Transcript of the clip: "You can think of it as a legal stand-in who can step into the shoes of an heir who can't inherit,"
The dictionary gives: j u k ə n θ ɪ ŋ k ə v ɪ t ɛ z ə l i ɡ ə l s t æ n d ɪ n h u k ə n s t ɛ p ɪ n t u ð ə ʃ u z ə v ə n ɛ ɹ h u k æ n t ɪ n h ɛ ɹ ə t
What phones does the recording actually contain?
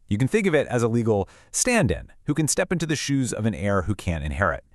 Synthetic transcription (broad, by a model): j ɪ k n θ ɪ ŋ k ə v ɪ t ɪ z ə l i ɡ l s t æ n d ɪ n h u k ə n s t ɛ p ɪ n t u ð ə ʃ u z ə v ə n ɛ ɹ h u k æ n t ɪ n h ɛ ɹ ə t